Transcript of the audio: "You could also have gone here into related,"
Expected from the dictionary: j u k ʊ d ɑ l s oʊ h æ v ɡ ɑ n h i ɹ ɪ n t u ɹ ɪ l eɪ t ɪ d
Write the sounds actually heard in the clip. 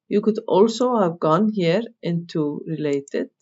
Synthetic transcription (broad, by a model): j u k ʊ d ɑ l s oʊ h æ v ɡ ɑ n h i ɹ ɪ n t u ɹ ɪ l eɪ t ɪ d